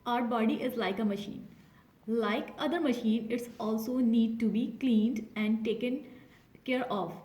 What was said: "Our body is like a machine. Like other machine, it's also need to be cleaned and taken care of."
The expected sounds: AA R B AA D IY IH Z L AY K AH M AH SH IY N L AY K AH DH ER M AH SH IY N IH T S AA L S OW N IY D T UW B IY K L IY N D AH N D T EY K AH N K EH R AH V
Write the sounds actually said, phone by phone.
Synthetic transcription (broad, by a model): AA R B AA D IY IH Z L AY K AH M AH SH IY N L AY K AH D ER M AH SH IY N IH T S AA L S OW N IY D T UW B IY K L IY N D AH N D T EY K AH N K EH R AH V